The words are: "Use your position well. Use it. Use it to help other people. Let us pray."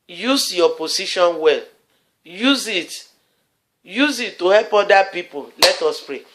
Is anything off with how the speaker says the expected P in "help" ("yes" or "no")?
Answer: no